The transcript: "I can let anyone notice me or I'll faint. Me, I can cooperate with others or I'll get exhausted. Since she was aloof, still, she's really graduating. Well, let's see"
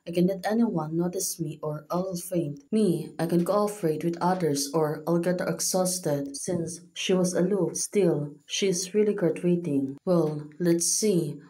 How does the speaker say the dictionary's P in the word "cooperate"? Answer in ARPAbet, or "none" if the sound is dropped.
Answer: F